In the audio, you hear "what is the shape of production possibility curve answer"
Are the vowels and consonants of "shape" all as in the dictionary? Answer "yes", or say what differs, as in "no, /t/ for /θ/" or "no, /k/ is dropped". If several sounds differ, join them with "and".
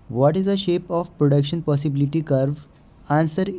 yes